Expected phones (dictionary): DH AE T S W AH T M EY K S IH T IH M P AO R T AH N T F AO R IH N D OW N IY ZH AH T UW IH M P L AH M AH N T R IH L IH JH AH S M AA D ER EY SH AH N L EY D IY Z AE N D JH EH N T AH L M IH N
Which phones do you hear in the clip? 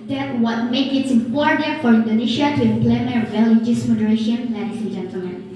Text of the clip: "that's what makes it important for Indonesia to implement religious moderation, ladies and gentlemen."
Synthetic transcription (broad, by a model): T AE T W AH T M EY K IH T IH M P AO R T AH N T F AO R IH N D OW N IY SH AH T UW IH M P L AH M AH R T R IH L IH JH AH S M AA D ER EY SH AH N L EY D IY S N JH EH N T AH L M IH N